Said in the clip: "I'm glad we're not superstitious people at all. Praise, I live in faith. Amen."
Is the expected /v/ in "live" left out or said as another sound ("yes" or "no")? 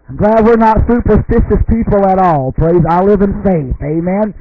no